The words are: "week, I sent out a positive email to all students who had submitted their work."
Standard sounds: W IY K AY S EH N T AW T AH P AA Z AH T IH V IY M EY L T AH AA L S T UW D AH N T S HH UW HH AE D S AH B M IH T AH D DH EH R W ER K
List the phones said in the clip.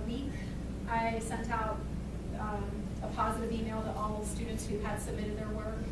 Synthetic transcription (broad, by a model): W IY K AY S EH N T AW T AH P AA Z AH T IH V IY M EY L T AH AA L S T UW D N T S HH UW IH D S AH B M IH T AH D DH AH R W ER K